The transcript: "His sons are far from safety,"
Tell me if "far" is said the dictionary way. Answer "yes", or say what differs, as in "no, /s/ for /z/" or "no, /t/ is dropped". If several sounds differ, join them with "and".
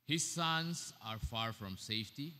yes